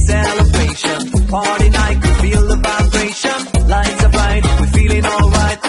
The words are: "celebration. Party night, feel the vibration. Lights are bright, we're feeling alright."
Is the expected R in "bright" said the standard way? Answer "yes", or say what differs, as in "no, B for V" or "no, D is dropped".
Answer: no, R is dropped